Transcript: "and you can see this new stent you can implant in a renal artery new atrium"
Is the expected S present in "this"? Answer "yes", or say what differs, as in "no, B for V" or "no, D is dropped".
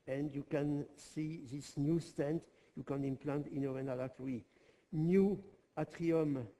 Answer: yes